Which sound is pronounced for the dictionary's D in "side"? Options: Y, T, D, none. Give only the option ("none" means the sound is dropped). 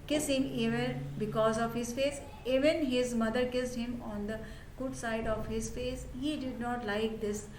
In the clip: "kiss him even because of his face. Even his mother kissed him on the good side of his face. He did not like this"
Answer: D